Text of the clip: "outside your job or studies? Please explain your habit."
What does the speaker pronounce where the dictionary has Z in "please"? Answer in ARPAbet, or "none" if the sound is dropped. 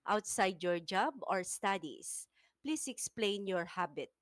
S